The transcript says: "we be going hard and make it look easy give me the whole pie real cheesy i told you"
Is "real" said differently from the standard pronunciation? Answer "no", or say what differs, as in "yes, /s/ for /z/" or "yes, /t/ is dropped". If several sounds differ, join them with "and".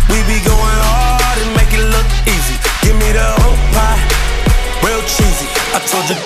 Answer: yes, /w/ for /ɹ/